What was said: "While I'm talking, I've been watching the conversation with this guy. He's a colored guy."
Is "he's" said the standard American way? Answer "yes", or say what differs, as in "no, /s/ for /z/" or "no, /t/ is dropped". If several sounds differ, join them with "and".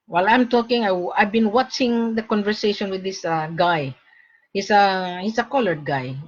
no, /s/ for /z/